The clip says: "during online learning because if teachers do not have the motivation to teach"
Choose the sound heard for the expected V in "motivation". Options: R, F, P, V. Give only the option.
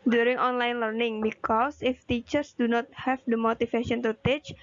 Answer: F